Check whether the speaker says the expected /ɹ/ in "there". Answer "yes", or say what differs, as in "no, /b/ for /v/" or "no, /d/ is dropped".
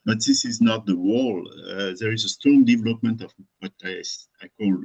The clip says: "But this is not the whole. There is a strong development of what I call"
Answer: yes